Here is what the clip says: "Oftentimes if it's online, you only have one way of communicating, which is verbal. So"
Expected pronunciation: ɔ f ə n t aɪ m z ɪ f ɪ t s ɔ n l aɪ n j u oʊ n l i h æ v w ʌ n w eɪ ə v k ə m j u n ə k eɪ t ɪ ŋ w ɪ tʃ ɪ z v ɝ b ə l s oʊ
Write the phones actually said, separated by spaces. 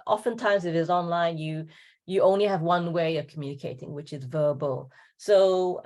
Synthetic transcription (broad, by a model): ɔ f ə n t aɪ m z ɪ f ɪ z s ɔ n l aɪ n j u oʊ n l i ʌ v w ʌ n w eɪ ə v k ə m j u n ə k eɪ t ɪ ŋ w ɪ tʃ ɪ z v ɝ b ə l s oʊ